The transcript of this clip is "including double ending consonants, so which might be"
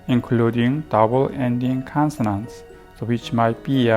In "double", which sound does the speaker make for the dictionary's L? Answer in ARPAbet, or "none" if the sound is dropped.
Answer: L